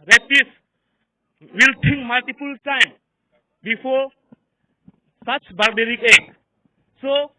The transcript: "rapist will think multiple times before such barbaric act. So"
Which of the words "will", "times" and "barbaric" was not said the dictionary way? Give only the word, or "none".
times